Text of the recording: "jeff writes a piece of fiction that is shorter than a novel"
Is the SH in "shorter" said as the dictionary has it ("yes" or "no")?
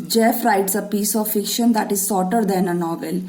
no